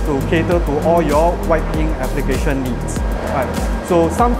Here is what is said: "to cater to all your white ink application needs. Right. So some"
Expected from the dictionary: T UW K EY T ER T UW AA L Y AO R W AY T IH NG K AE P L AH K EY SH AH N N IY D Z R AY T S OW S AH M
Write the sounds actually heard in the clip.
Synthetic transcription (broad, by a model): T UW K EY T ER T UW AA L Y AO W AY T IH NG EH P L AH K EY SH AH N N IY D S R AY T S OW S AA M